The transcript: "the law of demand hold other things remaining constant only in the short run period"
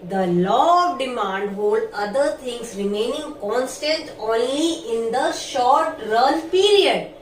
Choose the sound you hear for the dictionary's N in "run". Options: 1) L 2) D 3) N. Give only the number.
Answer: 1